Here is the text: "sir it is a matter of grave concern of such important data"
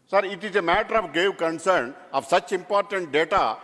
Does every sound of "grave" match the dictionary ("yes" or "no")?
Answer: no